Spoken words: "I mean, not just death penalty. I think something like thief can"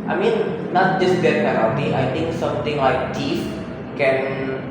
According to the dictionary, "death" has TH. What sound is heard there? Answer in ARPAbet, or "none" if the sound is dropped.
T